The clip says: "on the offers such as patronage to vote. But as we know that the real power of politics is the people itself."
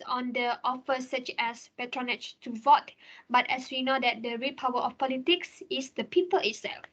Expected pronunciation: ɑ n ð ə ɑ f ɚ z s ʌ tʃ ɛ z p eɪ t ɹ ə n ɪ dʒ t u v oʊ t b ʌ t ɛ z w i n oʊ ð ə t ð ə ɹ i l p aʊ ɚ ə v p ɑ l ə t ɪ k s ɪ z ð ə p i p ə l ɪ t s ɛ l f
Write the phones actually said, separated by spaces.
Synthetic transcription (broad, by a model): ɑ n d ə ɑ f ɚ s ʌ tʃ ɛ s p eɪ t ɹ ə n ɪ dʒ t u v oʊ t b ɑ t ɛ s w i n oʊ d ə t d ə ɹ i p aʊ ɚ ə f p ɑ l ə t ɪ k s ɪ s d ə p i p ə l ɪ t s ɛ l f